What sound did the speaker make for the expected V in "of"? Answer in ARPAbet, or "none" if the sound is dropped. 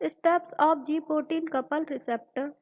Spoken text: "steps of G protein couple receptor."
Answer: P